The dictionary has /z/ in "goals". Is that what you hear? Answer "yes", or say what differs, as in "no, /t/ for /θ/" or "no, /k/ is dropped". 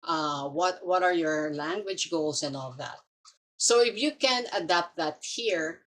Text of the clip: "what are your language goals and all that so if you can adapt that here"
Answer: no, /s/ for /z/